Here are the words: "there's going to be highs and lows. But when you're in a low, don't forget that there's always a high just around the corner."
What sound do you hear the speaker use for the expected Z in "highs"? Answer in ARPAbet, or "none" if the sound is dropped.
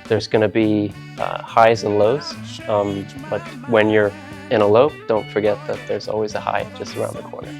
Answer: Z